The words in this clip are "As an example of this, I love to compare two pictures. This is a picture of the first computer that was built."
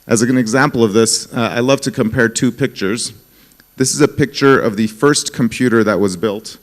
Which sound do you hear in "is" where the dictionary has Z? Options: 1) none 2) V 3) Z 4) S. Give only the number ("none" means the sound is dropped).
3